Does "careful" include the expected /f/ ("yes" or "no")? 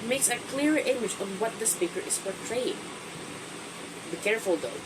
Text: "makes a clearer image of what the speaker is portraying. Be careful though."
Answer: yes